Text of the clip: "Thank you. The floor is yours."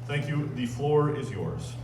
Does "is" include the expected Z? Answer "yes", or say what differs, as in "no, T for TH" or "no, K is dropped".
yes